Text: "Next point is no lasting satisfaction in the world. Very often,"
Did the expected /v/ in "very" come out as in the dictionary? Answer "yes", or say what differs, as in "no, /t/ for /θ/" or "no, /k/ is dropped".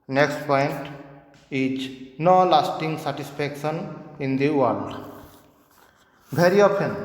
no, /b/ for /v/